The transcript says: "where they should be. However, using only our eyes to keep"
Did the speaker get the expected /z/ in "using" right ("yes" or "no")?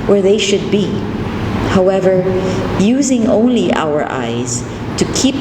yes